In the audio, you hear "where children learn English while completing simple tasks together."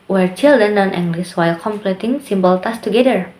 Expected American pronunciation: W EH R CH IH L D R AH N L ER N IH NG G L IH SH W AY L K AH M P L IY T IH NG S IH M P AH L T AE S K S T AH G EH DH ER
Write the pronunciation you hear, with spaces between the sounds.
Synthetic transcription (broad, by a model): W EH R CH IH L D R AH N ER N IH NG G L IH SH W AY L K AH M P L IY T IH NG S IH M B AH L T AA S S T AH G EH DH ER